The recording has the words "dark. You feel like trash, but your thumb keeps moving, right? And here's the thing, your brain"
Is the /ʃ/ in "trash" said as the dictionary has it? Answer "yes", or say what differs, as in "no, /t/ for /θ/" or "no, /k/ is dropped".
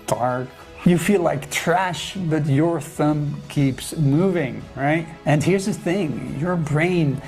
yes